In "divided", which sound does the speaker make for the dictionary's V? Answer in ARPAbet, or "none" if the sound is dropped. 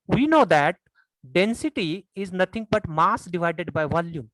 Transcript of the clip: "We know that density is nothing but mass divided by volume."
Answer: V